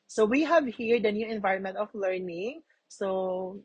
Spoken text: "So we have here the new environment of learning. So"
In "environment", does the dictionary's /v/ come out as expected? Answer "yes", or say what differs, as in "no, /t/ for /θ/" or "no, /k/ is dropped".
yes